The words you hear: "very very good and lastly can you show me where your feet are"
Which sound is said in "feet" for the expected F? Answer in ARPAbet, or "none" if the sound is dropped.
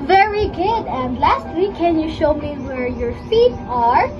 F